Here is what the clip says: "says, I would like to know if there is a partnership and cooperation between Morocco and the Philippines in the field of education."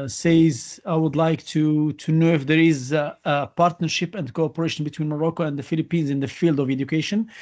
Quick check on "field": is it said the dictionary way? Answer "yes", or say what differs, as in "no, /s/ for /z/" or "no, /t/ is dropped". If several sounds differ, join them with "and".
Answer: yes